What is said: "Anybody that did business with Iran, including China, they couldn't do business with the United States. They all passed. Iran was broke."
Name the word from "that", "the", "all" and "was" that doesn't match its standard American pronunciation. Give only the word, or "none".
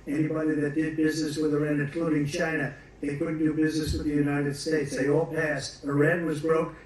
none